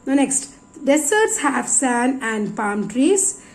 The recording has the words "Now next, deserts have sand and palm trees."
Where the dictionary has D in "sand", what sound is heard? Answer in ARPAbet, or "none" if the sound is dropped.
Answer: none